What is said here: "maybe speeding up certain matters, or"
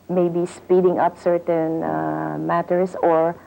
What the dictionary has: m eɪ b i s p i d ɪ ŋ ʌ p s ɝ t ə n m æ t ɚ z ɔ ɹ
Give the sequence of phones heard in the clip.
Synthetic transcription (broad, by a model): m eɪ b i s p i d ɪ ŋ ʌ p s ɝ t ə n m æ t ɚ s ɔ ɹ